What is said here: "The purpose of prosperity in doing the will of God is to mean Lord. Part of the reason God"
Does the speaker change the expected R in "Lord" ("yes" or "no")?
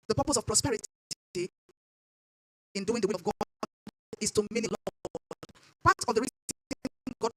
yes